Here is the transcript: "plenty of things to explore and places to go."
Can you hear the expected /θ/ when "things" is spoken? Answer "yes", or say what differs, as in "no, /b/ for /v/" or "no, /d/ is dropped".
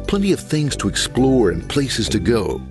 yes